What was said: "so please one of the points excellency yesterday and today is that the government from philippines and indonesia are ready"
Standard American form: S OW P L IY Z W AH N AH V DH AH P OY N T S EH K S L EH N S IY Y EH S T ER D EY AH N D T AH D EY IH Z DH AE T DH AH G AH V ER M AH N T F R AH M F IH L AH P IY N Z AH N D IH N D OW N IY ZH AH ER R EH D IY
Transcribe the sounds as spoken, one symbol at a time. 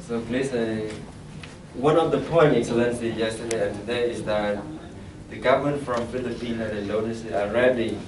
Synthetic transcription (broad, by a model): S OW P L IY S W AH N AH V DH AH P OY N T EH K S L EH N S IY Y EH S T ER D EY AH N T AH D EY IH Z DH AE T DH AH G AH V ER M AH N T F R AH M F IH L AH P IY N AH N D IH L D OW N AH S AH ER R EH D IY